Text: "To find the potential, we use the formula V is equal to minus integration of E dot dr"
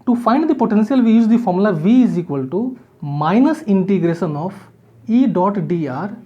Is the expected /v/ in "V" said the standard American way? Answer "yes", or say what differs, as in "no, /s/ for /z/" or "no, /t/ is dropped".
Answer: yes